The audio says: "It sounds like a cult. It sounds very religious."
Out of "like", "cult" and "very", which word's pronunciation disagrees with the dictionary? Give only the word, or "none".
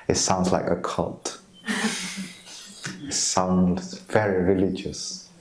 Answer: none